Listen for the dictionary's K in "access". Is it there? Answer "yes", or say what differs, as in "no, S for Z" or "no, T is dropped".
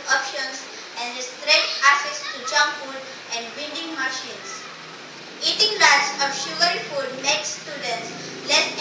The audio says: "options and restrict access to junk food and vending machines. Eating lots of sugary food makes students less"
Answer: no, K is dropped